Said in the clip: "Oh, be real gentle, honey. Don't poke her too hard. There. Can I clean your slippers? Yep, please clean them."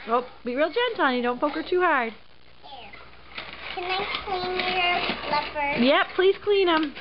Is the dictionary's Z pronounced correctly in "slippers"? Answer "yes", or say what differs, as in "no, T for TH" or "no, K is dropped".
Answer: no, Z is dropped